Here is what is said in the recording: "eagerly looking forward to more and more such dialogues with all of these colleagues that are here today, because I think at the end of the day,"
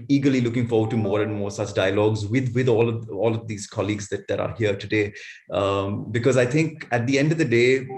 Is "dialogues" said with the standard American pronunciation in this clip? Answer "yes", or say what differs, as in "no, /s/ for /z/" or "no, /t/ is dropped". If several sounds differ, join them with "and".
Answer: yes